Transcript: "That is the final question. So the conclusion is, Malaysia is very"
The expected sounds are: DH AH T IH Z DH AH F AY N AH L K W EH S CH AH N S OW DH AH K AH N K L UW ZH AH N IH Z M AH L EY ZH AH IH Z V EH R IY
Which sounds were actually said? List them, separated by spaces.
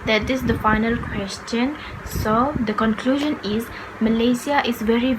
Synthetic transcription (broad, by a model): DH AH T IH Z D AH F AY N AH L K W EH S CH AH N S OW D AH K AH N K L UW ZH AH N IH Z M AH L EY S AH IH Z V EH R IY